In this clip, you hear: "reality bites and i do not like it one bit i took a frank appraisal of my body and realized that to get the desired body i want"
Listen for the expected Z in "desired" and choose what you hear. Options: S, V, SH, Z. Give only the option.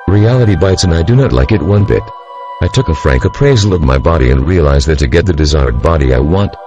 Z